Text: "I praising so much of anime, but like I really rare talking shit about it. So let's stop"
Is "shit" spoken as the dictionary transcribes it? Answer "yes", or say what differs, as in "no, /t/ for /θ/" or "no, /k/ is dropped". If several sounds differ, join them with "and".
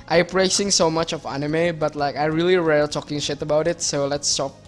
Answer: yes